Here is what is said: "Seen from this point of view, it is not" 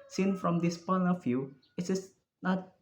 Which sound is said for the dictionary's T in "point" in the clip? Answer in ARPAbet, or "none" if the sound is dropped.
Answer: none